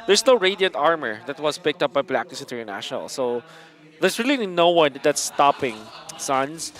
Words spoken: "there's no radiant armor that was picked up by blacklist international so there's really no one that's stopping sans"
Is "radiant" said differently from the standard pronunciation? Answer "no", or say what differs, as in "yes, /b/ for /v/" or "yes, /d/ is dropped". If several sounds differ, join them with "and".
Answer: no